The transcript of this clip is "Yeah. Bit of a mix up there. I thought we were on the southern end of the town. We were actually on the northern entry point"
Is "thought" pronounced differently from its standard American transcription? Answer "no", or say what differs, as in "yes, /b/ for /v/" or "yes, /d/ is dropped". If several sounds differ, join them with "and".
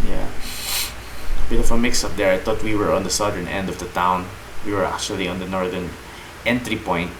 yes, /t/ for /θ/